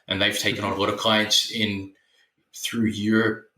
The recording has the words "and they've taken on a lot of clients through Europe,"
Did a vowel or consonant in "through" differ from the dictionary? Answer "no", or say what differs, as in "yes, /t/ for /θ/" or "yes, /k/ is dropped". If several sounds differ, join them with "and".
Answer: no